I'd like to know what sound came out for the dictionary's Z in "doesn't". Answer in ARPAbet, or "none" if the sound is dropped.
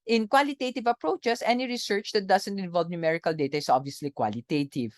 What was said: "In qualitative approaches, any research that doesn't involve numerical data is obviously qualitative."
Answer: S